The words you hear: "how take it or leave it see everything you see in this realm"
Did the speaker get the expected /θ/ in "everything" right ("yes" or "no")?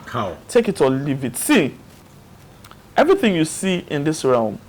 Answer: yes